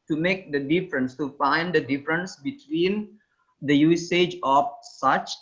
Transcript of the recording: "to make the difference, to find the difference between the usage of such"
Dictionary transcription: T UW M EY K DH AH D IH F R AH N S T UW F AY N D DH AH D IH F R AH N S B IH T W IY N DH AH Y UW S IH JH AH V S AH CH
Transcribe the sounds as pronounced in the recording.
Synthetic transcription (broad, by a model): T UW M EY K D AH D IH F R AH N S T UW F AY N D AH D IH F R AH N S B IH T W IY N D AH Y UW S IH JH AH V S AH CH